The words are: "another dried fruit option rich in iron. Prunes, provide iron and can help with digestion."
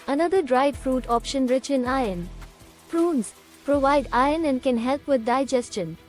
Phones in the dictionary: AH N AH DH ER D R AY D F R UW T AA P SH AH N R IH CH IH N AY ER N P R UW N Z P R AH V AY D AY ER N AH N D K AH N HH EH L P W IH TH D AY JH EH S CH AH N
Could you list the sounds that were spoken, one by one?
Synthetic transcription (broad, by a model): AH N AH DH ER D R AY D F R UW T AA P SH AH N R IH CH IH N AY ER N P R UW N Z P R AH V AY D AY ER N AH N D K AH N HH EH L P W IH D D AY JH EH S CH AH N